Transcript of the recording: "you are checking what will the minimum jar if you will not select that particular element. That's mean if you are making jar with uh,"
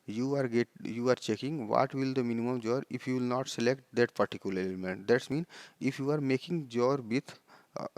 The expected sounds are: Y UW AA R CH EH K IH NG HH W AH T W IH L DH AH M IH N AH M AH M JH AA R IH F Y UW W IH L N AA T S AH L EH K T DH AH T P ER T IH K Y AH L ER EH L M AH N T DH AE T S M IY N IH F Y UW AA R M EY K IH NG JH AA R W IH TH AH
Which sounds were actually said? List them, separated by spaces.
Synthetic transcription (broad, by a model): Y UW AA R CH EH K IH NG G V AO T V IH L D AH M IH N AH M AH M JH AA R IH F Y UW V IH L N AA T S AH L EH K T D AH T P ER T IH K Y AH L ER EH L M AH N T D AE T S M IY N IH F Y UW AA R M EY K IH NG JH AA R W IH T